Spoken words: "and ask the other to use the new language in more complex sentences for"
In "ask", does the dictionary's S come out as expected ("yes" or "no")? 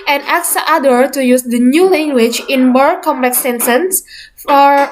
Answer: no